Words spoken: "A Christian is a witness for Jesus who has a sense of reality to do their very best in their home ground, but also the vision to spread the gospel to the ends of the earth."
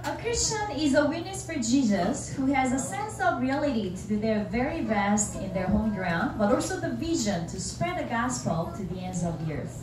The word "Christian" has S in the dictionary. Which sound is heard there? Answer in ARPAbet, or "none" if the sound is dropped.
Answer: S